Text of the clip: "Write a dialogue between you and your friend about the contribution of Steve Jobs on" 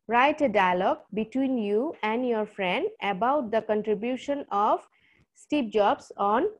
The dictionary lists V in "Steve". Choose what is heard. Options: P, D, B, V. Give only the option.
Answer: P